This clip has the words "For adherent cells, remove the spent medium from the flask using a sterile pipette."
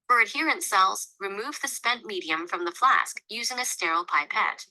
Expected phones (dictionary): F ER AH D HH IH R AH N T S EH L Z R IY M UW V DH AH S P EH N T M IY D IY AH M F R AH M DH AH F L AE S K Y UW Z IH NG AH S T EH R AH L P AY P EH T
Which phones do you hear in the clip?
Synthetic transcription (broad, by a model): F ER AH D HH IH R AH N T S EH L Z R IY M UW V DH AH S P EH N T M IY D IY AH M F R AH M DH AH F L AE S K Y UW Z IH NG AH S T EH R L P AY P EH T